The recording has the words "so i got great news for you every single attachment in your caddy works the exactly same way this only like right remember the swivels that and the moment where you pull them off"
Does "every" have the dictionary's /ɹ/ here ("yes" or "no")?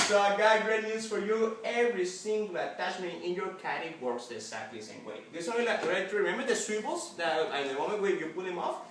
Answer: yes